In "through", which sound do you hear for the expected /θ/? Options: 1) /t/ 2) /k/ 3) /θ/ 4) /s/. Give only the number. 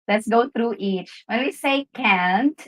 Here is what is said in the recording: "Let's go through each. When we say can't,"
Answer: 1